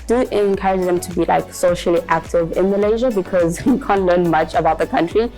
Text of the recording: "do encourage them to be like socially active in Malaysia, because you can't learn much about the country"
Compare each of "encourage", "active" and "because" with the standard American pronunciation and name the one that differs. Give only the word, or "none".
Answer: none